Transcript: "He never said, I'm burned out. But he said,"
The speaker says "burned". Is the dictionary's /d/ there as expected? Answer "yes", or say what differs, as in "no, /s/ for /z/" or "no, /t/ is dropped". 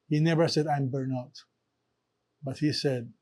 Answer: no, /d/ is dropped